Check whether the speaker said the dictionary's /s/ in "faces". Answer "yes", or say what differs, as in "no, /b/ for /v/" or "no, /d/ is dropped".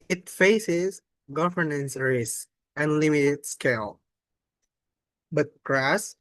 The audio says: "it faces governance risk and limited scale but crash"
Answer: yes